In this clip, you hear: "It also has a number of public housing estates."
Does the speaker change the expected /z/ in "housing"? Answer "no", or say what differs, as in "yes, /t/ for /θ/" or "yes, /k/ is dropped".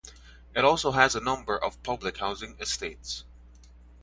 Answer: no